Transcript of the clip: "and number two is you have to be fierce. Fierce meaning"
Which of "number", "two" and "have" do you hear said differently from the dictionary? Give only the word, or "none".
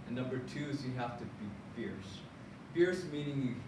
have